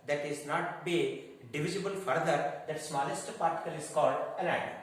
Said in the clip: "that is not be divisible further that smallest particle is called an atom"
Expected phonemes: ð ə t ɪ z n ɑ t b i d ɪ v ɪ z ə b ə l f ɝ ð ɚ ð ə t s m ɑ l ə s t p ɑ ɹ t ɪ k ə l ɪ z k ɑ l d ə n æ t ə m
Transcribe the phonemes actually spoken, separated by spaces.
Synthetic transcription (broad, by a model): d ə t ɪ z n ɑ t b i d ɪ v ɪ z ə b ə l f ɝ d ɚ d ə t s m ɑ l ə s t p ɑ ɹ t ɪ k ə l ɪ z k ɑ l d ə l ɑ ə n